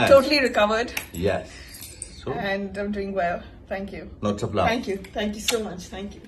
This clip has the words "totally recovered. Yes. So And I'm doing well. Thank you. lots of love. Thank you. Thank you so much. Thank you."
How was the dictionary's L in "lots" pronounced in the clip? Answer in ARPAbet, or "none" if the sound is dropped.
N